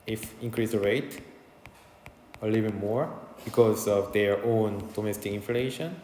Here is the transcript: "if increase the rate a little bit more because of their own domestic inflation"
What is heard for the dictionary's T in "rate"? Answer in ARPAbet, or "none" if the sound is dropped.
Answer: T